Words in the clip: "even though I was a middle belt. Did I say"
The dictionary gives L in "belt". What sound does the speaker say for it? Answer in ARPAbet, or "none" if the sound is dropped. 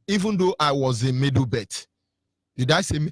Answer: none